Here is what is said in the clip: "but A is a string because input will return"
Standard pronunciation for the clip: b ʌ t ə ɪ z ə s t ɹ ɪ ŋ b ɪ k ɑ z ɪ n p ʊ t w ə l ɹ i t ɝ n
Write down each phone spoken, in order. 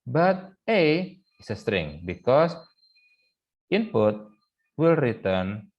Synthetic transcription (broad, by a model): b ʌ t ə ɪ s ə s t ɹ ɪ ŋ b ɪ k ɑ s ɪ n p ʊ t w ə l ɹ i t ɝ n